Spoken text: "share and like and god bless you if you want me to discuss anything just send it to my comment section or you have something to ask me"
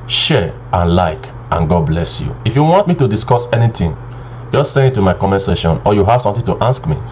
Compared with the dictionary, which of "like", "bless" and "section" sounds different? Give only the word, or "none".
section